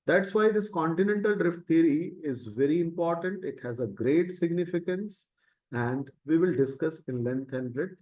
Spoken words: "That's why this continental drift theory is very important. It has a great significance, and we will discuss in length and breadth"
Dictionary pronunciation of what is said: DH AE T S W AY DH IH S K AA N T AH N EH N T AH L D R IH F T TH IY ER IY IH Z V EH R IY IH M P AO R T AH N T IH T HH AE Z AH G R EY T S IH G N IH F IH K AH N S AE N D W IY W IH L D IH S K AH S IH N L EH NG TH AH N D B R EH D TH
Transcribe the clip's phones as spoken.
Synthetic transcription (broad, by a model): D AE T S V AY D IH S K AA N T AH N EH N T AH L D R IH F T T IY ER IY IH Z V EH R IY IH M P AO R T AH N T IH T HH AE Z AH G R EY T S IH G N IH F IH K AH N S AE N D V IY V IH L D IH S K AH S IH N L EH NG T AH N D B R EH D